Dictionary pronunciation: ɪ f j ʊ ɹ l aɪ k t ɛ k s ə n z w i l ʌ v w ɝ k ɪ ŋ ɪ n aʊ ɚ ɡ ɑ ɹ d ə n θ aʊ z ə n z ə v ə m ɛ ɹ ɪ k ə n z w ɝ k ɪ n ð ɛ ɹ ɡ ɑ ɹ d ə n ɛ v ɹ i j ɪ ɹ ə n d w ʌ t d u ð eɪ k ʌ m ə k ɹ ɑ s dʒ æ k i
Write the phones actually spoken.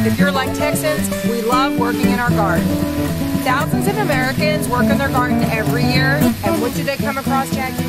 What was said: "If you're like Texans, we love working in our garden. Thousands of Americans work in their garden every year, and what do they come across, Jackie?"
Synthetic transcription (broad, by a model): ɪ f j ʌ ɹ l aɪ k t ɛ k s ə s w i l ʌ v w ɝ k ɪ ŋ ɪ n aʊ ɚ ɡ ɑ ɹ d n θ aʊ z ə n z ə v ə m ɛ ɹ ɪ k ə n z w ɝ k ɪ n ð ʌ ɹ ɡ ɑ ɹ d n ɛ v ɹ i j ɪ ɹ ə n w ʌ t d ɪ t k ʌ m ə k ɹ ɑ s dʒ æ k